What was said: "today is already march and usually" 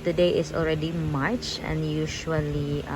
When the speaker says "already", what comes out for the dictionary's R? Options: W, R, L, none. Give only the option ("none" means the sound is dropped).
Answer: R